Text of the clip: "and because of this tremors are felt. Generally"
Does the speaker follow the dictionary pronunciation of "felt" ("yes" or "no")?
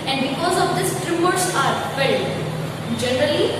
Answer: no